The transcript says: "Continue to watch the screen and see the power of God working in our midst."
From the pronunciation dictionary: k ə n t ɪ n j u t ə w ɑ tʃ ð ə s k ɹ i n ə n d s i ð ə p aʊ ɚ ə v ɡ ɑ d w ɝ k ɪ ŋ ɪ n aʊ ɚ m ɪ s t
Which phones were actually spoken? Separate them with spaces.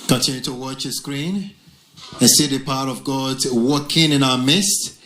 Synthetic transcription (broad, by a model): k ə n t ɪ n j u t ə w ɑ tʃ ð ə s k ɹ i n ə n s i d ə p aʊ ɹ ə v ɡ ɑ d w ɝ k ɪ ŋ ɪ n aʊ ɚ m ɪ s t